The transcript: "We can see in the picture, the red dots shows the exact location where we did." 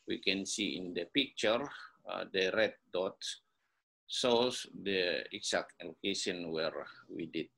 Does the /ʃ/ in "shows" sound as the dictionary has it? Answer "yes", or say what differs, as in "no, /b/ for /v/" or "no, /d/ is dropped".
no, /s/ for /ʃ/